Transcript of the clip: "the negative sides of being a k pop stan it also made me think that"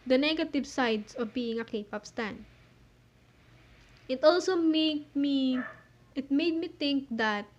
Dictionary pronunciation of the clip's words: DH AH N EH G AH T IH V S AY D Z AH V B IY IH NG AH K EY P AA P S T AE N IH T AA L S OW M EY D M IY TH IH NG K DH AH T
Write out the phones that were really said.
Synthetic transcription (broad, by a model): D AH N EH G AH T IH V S AY D S AH V B IY IH NG AH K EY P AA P S T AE N IH T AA L S OW M EY D M IY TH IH NG K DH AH T